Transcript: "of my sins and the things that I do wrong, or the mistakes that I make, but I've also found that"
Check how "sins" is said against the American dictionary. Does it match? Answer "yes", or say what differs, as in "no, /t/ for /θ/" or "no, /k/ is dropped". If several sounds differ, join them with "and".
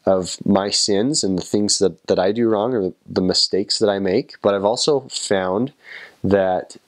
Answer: yes